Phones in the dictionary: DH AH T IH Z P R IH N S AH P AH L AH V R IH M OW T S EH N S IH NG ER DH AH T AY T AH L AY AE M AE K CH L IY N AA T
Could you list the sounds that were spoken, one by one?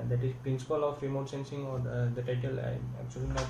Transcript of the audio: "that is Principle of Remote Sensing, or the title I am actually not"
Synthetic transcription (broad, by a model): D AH T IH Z P R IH N S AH P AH L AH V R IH M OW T S EH N S IH NG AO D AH T AY T AH L AY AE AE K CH IY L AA